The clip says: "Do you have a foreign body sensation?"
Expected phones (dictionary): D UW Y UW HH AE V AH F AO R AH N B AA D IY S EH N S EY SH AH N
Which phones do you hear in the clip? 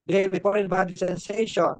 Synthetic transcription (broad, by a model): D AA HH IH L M AH P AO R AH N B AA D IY S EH N S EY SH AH N